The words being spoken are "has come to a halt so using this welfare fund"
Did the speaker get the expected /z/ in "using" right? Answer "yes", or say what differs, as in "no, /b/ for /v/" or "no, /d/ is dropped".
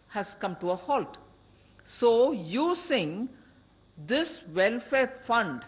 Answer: no, /s/ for /z/